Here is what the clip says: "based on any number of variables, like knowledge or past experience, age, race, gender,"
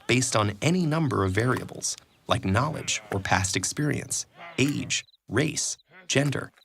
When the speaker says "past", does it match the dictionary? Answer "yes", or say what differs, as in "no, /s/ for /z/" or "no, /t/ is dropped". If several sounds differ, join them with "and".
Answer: yes